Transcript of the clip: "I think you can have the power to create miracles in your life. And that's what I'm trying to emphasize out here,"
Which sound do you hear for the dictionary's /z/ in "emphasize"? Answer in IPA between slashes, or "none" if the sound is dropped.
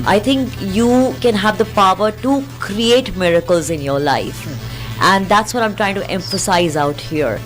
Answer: /z/